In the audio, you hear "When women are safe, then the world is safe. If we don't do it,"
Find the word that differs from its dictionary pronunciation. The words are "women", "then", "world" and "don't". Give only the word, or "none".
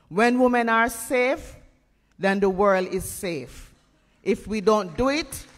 none